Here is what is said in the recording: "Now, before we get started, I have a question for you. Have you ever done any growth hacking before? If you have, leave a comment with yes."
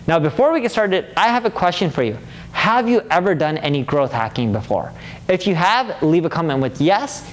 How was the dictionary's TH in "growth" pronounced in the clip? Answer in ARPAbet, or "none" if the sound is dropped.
TH